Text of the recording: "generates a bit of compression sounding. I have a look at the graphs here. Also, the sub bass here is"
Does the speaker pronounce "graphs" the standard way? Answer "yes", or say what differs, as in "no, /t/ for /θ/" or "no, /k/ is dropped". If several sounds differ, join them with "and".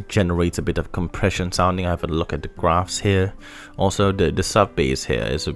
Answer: yes